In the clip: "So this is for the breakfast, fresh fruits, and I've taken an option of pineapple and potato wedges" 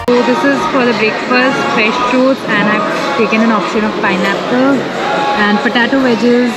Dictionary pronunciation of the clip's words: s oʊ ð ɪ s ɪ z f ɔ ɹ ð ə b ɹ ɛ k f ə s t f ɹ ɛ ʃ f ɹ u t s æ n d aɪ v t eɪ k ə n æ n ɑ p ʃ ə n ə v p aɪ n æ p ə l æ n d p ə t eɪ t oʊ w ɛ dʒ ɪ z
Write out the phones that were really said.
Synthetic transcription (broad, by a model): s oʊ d ɪ s ɪ z f ɔ ɹ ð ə b ɹ ɛ k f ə t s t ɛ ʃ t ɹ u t æ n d aɪ v t eɪ k ə n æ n ɑ p ʃ ə n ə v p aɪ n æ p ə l æ n d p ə t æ t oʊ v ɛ dʒ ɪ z